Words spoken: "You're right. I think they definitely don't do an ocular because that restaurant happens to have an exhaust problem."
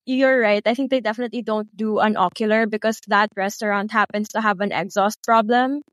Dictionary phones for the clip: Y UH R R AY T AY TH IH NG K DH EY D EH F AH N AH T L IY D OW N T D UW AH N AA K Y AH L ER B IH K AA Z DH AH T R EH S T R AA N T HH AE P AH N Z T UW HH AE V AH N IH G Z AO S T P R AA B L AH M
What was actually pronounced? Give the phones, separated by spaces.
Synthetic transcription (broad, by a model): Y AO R R AY T AY TH IH NG K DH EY D EH F AH N AH T L IY D OW N T D UW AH N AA K Y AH L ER B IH K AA S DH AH T R EH S T R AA N T HH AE P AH N S T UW HH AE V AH N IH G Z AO S T P R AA B L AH M